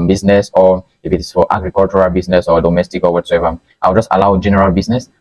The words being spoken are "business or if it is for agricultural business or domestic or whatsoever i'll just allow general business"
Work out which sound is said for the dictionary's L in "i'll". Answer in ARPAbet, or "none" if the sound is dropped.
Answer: W